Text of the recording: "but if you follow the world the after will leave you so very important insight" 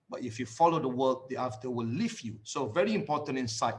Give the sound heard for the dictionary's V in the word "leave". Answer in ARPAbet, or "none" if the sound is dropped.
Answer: F